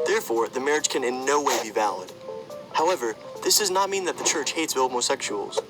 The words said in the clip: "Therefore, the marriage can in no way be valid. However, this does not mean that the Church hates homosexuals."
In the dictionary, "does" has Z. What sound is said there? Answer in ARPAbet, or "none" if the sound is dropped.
Z